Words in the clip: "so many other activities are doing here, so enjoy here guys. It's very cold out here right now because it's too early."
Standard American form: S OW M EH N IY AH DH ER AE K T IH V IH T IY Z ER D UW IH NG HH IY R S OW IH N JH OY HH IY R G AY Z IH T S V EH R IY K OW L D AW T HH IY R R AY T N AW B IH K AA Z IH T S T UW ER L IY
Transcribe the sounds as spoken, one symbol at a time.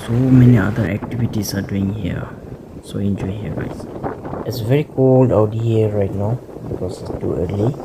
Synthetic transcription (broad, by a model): S OW M EH N IY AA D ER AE K T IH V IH T IY S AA D UW IH NG HH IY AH S OW IH N JH OY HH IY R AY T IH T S V EH R IY K OW L D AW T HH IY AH R AY T N AW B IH K AA S IH T S T UW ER L IY